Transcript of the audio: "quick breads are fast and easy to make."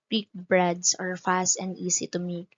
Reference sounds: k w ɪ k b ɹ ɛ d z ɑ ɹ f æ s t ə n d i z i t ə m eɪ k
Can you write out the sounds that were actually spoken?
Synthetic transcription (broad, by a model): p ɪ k b ɹ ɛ d s ɑ ɹ f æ s t ə n d i s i t ə m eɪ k